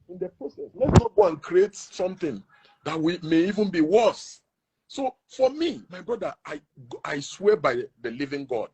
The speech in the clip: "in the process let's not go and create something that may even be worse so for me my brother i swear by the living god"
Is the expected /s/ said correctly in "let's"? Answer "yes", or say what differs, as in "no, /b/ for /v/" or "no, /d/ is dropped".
no, /s/ is dropped